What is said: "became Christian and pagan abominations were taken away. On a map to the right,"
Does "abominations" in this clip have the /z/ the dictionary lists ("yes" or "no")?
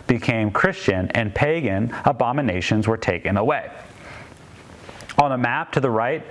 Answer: yes